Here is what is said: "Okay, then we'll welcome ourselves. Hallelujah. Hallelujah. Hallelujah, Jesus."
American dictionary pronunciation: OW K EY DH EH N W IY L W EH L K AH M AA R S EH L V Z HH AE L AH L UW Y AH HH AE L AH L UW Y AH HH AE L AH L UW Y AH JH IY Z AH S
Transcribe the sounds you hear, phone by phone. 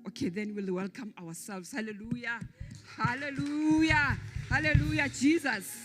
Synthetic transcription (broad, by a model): OW K EY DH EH N W IY L W EH L K AH M AA W S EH L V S HH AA L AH L UW Y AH HH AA L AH L UW Y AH HH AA L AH L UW Y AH JH IY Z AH S